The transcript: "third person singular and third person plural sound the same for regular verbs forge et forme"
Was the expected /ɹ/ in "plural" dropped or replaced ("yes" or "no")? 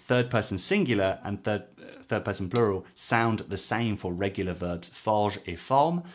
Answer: no